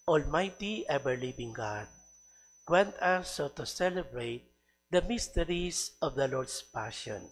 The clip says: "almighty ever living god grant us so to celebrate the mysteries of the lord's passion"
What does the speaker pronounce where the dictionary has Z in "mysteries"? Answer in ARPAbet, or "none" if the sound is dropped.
S